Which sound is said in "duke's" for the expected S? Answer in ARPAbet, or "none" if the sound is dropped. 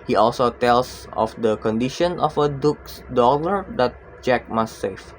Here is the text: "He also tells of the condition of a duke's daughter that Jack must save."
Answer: S